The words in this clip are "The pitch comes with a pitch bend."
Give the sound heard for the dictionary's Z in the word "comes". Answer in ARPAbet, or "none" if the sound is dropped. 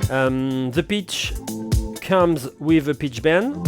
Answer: Z